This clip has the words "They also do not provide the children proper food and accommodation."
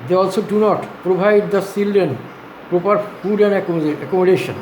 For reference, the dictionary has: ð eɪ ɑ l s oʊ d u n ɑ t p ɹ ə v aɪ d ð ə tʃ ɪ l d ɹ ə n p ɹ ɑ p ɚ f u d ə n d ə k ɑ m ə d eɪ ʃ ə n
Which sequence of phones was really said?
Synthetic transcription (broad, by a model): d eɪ ɑ l s oʊ d u n ɑ t p ɹ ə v aɪ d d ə s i l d ə n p ɹ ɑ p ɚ f u d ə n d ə k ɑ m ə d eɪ ʃ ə n